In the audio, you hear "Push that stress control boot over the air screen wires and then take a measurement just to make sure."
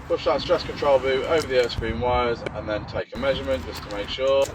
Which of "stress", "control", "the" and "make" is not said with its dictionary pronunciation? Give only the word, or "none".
none